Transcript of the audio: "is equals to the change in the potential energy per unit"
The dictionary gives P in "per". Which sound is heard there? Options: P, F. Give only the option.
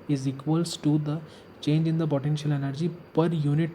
P